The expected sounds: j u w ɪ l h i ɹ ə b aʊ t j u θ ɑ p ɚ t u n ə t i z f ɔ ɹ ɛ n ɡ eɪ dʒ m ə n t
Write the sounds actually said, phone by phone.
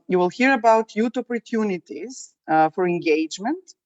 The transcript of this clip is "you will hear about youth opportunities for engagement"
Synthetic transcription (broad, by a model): j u w ɪ l h i ɹ ə b aʊ t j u t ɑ p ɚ t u n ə t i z f ɔ ɹ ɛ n ɡ eɪ dʒ m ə n t